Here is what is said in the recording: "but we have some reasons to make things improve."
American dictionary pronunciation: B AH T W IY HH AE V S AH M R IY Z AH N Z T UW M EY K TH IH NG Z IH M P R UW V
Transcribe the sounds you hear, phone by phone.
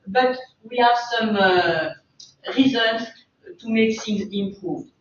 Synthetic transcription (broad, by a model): B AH T W IY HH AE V S AH M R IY Z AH N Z T UW M EY K S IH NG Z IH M P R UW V